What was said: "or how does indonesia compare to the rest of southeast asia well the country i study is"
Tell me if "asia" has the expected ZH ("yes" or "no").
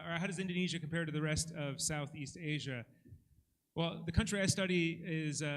yes